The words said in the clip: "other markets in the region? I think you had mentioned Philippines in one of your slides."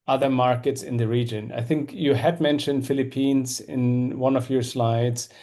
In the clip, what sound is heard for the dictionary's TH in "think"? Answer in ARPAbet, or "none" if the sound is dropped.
TH